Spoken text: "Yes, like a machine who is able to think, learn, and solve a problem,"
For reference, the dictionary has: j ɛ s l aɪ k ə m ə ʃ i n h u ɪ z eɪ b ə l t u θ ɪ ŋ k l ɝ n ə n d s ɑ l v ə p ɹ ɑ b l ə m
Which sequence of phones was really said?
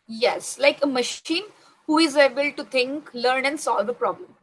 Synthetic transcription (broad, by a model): j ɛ s l aɪ k ə m ə ʃ i n h u ɪ z eɪ b ə l t u t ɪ ŋ k l ɝ n ə n d s ɑ l v ə p ɹ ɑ b l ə m